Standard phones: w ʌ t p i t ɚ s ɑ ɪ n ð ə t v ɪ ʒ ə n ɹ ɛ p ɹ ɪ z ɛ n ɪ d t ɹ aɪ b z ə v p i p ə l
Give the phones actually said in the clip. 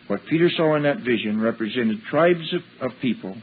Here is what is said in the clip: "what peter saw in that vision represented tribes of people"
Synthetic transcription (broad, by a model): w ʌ t p i t ɚ s ɑ ɪ n ð ə t v ɪ ʒ ə n ɹ ɛ p ɹ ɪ z ɛ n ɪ d t ɹ aɪ b z ə v p i p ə l